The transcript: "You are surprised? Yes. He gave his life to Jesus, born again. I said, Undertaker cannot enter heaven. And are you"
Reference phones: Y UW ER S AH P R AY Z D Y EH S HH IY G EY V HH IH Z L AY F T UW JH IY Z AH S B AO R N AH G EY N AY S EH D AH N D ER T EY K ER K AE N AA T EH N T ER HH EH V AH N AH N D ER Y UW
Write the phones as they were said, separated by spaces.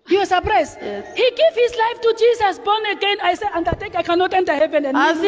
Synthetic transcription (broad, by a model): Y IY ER S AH P R AY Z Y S HH IY G EY V HH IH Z L AY F T UW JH IY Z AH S B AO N AH G EY N AY S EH AH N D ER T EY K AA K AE N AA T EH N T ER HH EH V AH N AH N